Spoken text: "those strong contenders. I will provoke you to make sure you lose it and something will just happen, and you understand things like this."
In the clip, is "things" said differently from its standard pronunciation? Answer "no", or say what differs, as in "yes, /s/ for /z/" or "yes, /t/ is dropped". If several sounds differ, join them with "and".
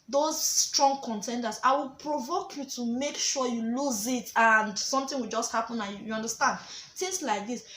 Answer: yes, /t/ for /θ/